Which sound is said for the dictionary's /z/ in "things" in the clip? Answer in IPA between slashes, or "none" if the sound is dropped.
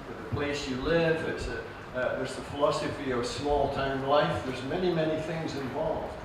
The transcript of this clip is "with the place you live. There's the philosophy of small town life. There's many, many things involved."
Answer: /z/